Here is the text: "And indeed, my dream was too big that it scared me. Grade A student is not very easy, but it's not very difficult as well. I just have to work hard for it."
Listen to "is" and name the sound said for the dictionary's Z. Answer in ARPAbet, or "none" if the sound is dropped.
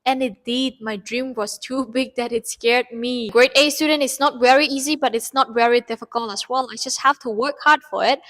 S